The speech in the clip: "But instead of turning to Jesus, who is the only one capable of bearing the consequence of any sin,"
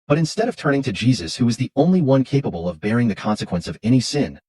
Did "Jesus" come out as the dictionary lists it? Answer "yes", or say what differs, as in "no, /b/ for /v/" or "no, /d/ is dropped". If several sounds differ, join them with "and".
yes